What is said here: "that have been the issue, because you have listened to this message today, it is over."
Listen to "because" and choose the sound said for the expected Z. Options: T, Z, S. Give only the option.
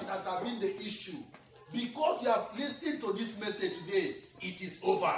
S